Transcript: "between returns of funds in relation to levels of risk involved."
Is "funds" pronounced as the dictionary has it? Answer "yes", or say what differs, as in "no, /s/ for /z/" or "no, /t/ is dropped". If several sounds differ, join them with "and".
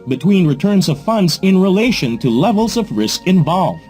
yes